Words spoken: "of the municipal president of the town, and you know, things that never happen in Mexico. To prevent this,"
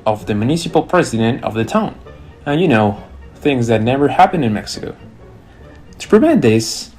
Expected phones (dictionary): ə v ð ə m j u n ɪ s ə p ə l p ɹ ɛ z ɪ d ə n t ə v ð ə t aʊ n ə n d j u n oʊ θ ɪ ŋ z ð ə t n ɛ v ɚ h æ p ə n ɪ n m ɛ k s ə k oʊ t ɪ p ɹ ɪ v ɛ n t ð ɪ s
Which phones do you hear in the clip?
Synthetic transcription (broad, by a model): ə v ð ə m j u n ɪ s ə p l p ɹ ɛ z ɪ d ə n t ə v ð ə t aʊ n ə n j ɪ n oʊ θ ɪ ŋ z ð ə t n ɛ v ɚ h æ p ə n ɪ n m ɛ k s ə k oʊ t ɪ p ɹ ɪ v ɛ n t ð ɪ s